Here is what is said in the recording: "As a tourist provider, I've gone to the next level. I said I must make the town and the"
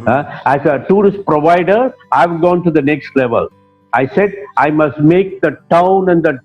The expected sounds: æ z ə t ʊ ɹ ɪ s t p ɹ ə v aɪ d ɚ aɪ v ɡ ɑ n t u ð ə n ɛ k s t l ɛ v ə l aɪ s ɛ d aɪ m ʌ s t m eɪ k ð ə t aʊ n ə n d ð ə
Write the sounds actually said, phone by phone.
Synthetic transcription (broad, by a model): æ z ə t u ɹ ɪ s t p ɹ ə v aɪ d ɚ aɪ v ɡ ɑ n t u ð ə n ɛ k s t l ɛ v ə l aɪ s ɛ d aɪ m ʌ s t m eɪ k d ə t aʊ n ə n d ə